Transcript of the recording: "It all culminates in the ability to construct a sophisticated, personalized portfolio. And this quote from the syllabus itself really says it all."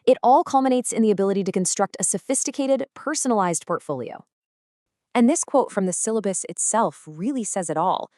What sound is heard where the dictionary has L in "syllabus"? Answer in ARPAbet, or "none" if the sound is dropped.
L